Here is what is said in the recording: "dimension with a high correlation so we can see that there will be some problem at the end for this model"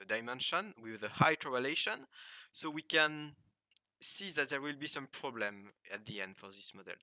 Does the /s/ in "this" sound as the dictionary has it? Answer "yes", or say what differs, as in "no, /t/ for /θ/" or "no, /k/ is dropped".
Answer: yes